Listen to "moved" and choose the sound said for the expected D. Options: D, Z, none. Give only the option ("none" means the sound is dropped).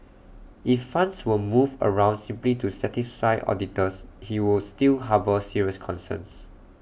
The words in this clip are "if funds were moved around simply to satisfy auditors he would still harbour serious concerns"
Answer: none